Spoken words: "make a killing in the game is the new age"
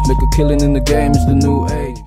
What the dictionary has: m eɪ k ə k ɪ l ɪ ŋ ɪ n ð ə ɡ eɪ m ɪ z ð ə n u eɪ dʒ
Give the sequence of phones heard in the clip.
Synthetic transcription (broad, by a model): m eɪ k ə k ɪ l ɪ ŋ ɪ n ð ə ɡ eɪ m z ð ə n u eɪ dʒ